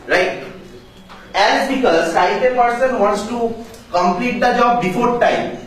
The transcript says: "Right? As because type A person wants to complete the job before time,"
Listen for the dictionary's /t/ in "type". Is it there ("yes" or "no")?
no